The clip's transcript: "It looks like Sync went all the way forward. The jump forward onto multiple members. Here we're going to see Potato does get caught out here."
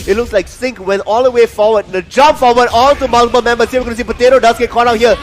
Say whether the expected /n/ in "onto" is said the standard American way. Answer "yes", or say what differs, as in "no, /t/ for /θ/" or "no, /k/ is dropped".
no, /l/ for /n/